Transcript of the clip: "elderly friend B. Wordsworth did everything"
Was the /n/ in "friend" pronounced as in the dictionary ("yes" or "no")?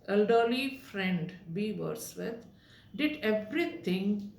yes